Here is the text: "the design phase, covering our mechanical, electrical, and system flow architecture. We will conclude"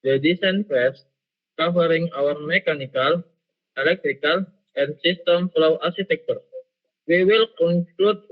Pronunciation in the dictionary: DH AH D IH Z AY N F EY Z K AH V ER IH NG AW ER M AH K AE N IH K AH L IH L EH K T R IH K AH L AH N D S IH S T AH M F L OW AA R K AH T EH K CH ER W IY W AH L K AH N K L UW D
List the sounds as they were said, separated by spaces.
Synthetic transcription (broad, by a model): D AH D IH S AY N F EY S K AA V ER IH NG AW ER M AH K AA N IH K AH L IH L EH K T R IH K AH L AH N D S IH S T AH M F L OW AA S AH T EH K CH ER W IY W AH L K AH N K L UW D